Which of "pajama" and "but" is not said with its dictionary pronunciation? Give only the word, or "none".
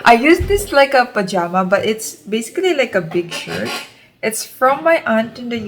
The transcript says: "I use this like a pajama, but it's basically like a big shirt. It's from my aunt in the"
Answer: none